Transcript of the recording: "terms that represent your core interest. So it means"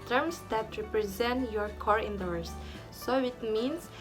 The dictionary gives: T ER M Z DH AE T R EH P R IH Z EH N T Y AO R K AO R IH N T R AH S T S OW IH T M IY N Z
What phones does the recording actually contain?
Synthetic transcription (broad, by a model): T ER M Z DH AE T R EH P R IH Z EH N T Y AO R K AO R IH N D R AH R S S OW IH T M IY N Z